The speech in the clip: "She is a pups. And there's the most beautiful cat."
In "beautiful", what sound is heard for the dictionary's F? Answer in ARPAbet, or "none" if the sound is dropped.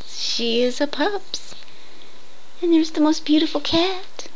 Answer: F